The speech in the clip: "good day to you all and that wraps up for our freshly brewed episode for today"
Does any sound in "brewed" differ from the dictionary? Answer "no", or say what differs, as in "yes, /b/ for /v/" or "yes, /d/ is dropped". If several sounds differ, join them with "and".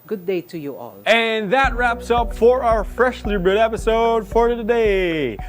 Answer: yes, /ɹ/ is dropped